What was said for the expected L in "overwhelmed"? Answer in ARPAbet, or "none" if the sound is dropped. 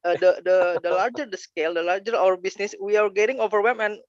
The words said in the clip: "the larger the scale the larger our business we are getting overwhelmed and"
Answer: none